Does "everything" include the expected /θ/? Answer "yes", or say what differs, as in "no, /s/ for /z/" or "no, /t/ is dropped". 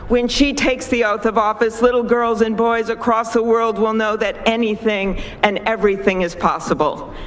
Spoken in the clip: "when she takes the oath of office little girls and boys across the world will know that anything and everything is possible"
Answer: yes